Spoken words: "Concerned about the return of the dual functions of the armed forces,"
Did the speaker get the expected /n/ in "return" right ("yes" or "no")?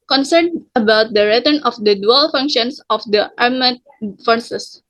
yes